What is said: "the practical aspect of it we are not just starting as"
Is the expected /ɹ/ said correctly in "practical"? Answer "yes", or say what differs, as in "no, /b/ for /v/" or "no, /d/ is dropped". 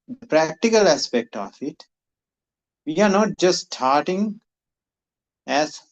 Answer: yes